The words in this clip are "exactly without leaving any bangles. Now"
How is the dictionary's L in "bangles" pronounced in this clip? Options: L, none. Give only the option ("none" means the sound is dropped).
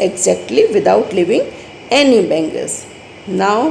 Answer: none